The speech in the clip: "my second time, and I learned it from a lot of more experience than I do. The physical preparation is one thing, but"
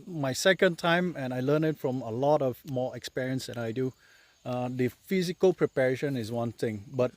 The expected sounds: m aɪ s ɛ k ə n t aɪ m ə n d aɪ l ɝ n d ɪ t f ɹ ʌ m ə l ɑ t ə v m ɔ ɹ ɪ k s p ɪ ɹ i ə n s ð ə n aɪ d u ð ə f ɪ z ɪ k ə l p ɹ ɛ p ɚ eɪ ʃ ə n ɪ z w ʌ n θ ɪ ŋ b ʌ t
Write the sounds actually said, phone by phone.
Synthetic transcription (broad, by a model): m aɪ s ɛ k ə n t aɪ m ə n aɪ l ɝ n ɪ t f ɹ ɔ m ə l ɑ t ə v m ɔ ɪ k s p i ɹ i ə n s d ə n aɪ d u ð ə f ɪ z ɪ k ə l p ɹ ɛ p ɚ eɪ ʃ ə n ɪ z w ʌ n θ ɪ ŋ b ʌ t